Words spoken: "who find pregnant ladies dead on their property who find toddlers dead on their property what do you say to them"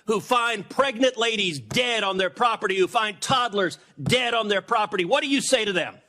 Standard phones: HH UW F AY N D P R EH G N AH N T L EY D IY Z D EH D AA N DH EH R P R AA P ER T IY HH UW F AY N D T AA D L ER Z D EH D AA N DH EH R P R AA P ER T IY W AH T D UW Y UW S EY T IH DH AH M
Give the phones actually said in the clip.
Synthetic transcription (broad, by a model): HH UW F AY N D P R EH G N AH N T L EY D IY Z D EH D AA N DH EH R P R AA P ER T IY HH UW F AY N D T AA D L ER Z D EH D N DH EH R P R AA P ER T IY W AH T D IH Y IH S EY T IH DH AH M